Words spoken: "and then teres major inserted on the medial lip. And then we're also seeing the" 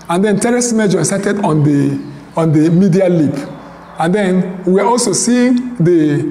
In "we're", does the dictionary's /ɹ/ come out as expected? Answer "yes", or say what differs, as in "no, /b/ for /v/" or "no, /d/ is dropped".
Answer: no, /w/ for /ɹ/